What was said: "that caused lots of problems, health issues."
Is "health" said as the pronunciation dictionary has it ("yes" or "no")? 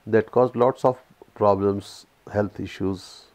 no